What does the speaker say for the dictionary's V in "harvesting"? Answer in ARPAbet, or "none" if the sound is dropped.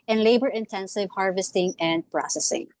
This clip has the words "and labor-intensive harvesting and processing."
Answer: V